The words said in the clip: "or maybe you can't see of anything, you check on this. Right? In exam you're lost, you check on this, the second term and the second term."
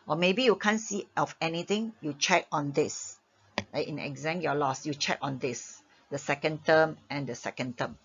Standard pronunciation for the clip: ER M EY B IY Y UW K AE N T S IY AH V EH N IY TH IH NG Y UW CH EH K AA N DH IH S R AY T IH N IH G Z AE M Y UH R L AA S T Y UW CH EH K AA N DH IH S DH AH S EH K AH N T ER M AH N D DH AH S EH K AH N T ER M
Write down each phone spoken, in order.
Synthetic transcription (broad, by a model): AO M EY B IY Y UW K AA N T S IY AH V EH N IY T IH NG Y UW CH EH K AA N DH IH S L AY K IH N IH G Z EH M Y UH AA L AA S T Y UW CH EH K AA N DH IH S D AH S EH K AH N T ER M AH N D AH S EH K AH N T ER M